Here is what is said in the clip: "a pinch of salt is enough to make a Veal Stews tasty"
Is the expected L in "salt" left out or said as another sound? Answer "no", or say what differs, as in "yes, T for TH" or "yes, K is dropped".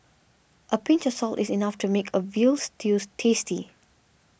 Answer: no